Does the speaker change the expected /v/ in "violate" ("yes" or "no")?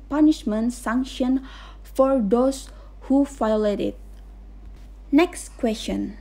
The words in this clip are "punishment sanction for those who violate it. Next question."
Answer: yes